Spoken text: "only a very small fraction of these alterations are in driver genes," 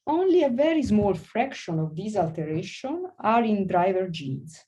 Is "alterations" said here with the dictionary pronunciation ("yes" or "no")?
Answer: no